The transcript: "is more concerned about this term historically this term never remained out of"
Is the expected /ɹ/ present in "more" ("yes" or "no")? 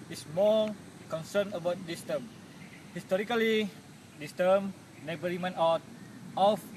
no